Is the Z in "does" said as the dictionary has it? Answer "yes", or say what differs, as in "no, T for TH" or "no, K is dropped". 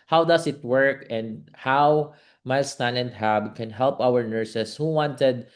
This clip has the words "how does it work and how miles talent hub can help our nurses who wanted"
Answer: no, S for Z